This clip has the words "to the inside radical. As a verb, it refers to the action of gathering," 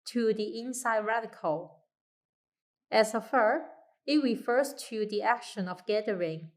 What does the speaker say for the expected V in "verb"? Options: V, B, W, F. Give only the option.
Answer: F